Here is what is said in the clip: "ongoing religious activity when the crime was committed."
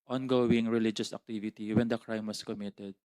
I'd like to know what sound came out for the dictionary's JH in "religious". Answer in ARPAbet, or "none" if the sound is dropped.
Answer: JH